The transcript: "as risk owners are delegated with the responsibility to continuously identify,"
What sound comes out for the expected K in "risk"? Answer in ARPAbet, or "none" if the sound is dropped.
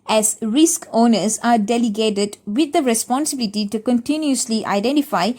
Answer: K